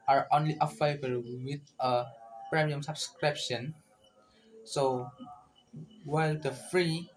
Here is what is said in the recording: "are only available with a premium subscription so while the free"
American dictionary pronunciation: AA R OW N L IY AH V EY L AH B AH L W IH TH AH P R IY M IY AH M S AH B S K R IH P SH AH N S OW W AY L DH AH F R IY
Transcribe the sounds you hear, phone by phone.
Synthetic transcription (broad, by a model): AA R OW N L IY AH F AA AH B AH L W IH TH AH P R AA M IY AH M S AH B S K R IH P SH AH N S OW W AY L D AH F R IY